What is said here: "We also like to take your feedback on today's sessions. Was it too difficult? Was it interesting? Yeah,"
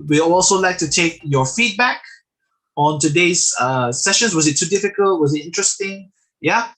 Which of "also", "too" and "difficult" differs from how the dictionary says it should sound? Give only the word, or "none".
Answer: none